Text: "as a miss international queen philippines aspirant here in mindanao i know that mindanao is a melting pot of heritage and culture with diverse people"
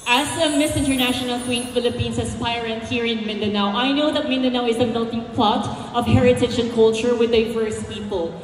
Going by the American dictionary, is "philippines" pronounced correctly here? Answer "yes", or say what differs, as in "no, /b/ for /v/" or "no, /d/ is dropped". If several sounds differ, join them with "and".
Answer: no, /s/ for /z/